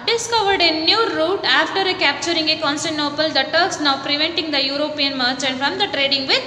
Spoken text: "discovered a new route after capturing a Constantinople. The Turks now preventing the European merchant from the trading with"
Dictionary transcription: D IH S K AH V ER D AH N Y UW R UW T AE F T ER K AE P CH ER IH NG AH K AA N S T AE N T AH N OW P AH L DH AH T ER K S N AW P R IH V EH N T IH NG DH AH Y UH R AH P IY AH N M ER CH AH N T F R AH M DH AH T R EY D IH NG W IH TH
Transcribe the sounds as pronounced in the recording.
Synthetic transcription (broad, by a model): D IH S K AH V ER D AH N Y UW R UW T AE F T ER K AE P CH ER IH NG AH K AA N S T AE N N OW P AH L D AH T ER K S N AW P R IH V EH N T IH NG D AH Y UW R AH P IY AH N M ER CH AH N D F R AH M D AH T R EY D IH NG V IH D